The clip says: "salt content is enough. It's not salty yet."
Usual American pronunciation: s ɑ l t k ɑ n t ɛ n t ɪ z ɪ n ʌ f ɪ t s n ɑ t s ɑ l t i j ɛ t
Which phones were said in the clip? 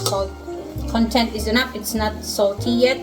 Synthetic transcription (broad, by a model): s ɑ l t k ɑ n t ɛ n t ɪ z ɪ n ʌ p ɪ t s n ɑ t s ɑ l t i j ɛ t